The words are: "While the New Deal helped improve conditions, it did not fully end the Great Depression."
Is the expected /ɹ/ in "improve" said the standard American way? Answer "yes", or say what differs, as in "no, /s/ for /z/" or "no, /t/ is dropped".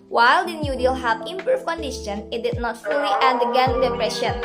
no, /ɹ/ is dropped